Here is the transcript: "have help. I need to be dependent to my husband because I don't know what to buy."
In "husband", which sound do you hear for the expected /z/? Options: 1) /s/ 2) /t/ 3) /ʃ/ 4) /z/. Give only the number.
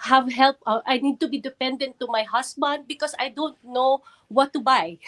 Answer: 1